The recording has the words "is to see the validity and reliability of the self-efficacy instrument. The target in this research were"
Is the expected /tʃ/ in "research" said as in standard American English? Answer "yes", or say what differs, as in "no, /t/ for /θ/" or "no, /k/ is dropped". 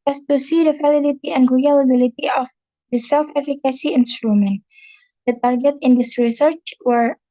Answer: yes